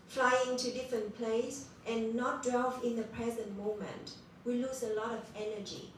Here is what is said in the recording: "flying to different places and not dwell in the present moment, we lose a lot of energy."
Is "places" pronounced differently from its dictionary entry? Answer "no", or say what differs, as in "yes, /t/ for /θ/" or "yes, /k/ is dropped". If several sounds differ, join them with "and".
yes, /s/ is dropped and /s/ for /z/